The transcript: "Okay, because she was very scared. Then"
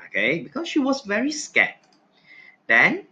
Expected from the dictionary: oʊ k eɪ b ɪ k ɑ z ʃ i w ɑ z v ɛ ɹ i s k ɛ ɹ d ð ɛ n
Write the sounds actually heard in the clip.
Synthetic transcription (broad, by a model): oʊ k eɪ b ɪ k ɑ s ʃ i w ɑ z v ɛ ɹ i s k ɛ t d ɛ n